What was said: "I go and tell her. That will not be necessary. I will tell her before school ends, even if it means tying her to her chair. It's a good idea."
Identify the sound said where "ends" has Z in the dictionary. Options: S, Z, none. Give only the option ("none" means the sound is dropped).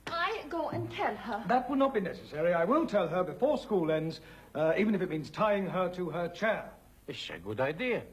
Z